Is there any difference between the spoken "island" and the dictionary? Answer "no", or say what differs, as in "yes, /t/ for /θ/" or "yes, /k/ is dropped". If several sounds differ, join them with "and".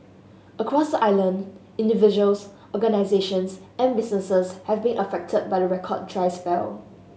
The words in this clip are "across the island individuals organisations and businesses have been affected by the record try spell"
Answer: no